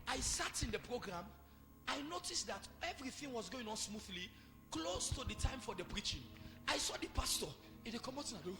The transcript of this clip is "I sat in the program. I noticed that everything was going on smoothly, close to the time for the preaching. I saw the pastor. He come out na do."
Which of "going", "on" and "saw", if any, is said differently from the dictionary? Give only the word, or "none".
none